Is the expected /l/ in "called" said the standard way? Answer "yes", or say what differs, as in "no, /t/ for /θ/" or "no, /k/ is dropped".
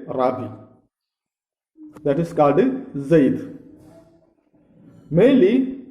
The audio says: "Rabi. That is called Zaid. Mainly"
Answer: yes